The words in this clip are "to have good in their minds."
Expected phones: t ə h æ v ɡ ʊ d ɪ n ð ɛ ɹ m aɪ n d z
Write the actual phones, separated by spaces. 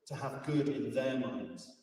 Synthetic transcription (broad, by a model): t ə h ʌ v ɡ ʊ d ɪ n ð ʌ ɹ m aɪ n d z